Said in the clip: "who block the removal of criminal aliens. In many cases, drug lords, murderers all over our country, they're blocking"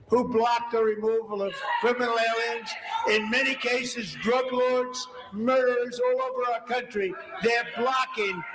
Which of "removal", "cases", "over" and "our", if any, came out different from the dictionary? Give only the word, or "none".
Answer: none